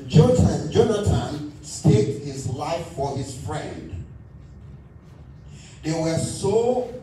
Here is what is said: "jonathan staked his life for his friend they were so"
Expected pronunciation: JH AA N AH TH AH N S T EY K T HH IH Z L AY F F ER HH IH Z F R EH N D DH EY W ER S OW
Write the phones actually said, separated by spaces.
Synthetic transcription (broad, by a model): JH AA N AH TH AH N S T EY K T HH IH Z L AY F F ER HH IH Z F R EH N D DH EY W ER S OW